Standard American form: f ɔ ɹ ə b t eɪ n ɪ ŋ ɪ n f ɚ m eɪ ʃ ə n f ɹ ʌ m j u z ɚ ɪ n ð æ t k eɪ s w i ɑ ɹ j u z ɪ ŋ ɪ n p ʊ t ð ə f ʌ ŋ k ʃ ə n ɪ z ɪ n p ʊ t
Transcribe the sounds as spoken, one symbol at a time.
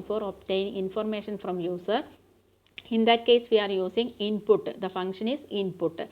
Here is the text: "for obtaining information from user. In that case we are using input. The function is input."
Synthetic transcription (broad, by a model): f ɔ ɹ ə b t eɪ ɪ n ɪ n f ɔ m eɪ ʃ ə n f ɹ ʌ m j u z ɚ ɪ n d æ t k eɪ s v i ɑ ɹ j u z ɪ ŋ ɪ n p ʊ t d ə f ʌ ŋ k ʃ ə n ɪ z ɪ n p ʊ t